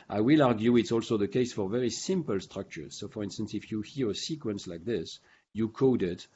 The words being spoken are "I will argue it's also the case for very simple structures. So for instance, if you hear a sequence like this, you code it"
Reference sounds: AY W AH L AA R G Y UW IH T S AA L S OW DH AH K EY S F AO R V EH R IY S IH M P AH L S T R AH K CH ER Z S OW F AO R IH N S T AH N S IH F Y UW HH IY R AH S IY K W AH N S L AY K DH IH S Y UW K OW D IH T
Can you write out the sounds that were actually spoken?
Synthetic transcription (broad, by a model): AY W AH L AA R G Y UW IH T S AA L S OW DH AH K EY S F AO R V EH R IY S IH M P AH L S T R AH K CH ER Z S OW F AO R IH N S T AH N S IH F Y UW HH IY R AH S IY K W AH N S L AY K DH IH S Y UW K OW D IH T